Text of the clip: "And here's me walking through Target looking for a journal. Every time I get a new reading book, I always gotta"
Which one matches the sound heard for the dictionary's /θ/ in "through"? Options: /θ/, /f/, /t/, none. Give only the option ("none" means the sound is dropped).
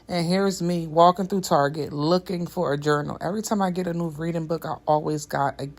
/θ/